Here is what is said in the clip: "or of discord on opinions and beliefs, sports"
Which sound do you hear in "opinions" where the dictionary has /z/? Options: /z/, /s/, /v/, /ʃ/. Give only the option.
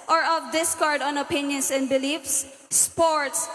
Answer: /s/